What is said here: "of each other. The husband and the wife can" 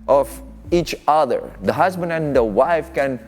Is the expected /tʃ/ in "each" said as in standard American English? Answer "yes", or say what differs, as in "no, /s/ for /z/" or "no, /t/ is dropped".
yes